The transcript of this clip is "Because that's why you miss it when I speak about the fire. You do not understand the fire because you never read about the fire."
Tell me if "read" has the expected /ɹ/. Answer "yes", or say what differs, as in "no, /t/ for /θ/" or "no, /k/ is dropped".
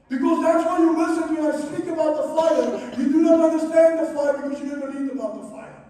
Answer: no, /l/ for /ɹ/